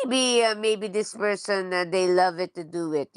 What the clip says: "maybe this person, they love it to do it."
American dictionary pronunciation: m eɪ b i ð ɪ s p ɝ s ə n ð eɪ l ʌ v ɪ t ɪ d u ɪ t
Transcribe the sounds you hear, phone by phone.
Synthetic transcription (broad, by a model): m eɪ b i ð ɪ s p ɝ s ə n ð eɪ l ʌ v ɪ t ɪ d u ɪ t